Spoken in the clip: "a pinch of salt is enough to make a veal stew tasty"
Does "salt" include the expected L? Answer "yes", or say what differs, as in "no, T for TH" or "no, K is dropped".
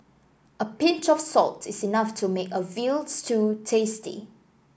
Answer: yes